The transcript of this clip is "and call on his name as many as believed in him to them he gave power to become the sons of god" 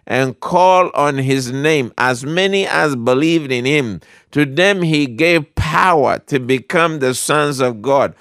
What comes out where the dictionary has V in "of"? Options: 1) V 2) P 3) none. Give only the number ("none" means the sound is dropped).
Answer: 1